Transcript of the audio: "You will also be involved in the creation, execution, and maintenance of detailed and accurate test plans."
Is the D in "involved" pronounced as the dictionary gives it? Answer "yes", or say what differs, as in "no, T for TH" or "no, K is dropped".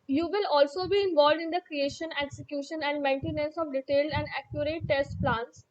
yes